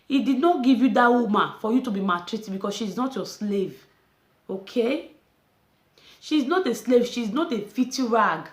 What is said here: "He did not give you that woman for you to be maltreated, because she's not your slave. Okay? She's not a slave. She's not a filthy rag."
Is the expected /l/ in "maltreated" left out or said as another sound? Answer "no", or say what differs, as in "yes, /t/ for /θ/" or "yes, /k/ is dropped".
yes, /l/ is dropped